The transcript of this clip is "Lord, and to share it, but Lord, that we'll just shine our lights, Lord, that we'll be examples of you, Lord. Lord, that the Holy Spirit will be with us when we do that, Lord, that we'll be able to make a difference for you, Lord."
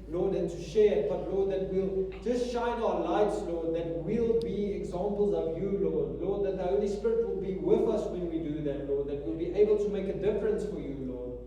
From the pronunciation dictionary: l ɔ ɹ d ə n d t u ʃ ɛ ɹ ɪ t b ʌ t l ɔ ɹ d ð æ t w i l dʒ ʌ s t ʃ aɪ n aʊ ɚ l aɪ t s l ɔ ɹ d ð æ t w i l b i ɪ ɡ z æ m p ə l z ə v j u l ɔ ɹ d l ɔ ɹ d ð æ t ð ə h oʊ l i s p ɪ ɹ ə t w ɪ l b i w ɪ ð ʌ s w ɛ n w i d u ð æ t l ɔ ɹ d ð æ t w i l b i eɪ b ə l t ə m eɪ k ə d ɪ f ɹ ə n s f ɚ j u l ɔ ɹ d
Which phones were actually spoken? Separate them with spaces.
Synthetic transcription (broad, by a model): l ɔ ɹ d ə n t u ʃ ɛ ɹ ɪ t b ʌ t l ɔ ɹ d ð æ t w i l dʒ ʌ s t ʃ aɪ n aʊ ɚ l aɪ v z l ɔ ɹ d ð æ t w i l b i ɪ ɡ z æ m p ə l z ə v j u l ɔ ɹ d l ɔ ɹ d ð æ t ð ə h oʊ l i s p ɪ ɹ ə t w ɪ l b i w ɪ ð ʌ s w ɛ n w i d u ð æ t l ɔ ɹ d ð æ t w i l b i eɪ b ə l t ə m eɪ k ə d ɪ f ɹ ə n s f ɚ j u l ɔ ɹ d